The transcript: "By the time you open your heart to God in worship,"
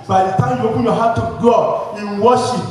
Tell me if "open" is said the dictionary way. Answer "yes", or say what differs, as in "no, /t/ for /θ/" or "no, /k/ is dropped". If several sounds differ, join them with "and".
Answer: no, /b/ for /p/